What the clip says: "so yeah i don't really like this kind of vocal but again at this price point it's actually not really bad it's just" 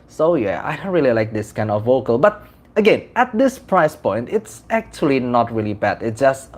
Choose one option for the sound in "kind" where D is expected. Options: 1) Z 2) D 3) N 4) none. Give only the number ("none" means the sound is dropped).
2